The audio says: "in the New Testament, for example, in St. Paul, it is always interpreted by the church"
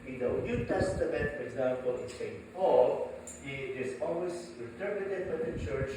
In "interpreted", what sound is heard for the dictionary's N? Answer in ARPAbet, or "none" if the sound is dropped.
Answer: L